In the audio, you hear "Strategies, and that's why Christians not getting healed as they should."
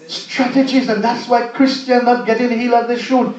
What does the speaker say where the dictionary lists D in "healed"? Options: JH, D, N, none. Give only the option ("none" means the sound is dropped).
none